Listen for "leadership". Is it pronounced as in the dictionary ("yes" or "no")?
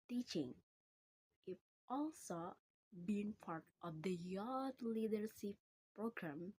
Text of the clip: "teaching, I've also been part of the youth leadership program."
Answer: no